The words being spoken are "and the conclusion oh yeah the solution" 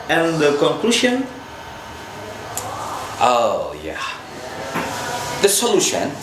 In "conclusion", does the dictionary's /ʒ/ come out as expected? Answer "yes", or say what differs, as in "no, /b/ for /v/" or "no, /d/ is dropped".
no, /ʃ/ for /ʒ/